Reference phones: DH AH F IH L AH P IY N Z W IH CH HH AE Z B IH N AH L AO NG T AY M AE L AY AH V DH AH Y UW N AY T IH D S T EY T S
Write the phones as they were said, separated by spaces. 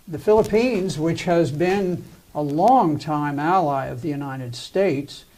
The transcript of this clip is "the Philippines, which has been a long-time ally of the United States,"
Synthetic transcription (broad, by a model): DH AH F IH L AH P IY N Z W IH CH HH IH Z B IH N AH L AO NG T AY M AE L AY AH V DH AH Y UW N AY T IH D S T EY T S